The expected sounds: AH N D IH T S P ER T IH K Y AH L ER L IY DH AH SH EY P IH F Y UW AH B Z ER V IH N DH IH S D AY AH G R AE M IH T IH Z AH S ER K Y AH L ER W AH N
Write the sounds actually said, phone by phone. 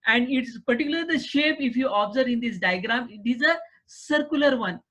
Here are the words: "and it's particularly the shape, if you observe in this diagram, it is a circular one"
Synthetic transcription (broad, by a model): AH N D IH T S P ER T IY K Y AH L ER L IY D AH SH EY P IH F Y UW AH B Z ER V IH N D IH S D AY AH G R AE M IH T IH Z AH S ER K Y AH L ER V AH N